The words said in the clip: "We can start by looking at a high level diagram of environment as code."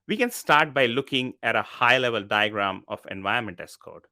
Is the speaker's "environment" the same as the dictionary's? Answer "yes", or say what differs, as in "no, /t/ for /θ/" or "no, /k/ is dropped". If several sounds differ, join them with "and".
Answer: no, /ɹ/ is dropped